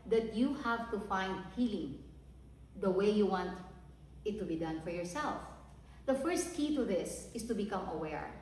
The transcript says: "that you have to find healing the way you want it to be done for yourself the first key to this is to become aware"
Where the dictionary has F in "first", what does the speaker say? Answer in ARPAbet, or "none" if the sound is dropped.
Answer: F